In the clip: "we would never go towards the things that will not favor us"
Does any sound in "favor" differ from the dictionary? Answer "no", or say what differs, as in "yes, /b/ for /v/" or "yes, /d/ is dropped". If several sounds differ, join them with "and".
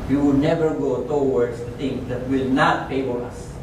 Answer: yes, /p/ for /f/